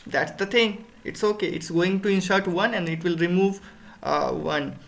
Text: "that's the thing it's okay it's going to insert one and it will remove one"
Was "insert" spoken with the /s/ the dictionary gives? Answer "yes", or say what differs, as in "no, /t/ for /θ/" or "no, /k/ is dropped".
no, /ʃ/ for /s/